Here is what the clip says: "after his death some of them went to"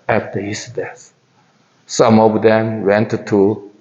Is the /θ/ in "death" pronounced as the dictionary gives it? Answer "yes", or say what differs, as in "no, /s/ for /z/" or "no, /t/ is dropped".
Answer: no, /s/ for /θ/